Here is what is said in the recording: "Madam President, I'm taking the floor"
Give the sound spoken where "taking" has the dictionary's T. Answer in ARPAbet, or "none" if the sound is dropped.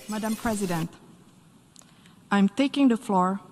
T